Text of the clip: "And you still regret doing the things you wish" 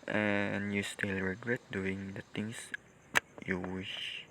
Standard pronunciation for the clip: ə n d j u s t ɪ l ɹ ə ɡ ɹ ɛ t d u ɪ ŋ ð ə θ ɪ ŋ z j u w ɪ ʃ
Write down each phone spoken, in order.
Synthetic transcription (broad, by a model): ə n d j u s t ɪ l ɹ ə ɡ ɹ ɛ t d u ɪ ŋ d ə t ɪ ŋ s j u w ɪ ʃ